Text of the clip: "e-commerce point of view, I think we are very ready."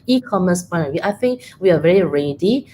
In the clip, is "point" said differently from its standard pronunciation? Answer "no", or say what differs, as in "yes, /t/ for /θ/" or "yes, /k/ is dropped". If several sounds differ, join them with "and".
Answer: yes, /t/ is dropped